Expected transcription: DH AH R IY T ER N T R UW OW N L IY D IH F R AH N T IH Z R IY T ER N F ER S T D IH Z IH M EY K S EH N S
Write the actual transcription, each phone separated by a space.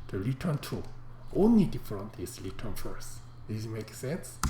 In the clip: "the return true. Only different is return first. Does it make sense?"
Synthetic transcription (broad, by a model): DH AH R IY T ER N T UW OW N L IY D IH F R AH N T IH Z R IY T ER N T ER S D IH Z M EY K S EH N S